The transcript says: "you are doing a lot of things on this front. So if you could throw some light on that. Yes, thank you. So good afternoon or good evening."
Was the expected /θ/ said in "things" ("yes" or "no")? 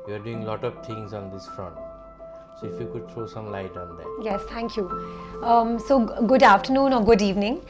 no